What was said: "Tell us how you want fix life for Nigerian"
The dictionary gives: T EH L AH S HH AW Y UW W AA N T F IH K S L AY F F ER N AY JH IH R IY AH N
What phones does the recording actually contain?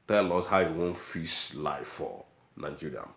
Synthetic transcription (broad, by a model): T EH L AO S HH AW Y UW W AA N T F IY S L AY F F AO N AY JH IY R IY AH